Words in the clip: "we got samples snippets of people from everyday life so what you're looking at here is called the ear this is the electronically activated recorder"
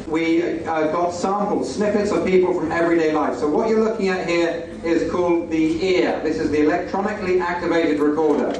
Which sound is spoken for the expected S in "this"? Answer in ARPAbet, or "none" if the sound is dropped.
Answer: S